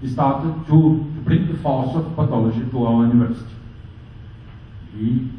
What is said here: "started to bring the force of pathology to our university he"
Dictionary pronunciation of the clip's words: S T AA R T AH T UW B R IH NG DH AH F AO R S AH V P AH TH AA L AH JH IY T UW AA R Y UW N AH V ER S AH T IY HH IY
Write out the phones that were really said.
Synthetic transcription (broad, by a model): S T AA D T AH T UW B R IH NG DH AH F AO L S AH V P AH T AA L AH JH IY T UW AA L Y UW N AH V ER S AH T IY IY